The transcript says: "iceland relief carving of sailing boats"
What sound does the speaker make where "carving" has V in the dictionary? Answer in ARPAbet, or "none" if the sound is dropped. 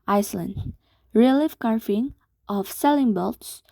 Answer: F